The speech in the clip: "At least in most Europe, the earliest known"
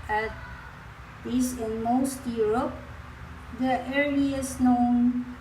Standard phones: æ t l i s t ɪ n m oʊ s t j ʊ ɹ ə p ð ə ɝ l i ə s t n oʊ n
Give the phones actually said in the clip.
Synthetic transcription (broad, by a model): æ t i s ɪ n m oʊ s t j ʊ ɹ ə p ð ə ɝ i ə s n oʊ n